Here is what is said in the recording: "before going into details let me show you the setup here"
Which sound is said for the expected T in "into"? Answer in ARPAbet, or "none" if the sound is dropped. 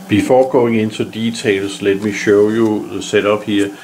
S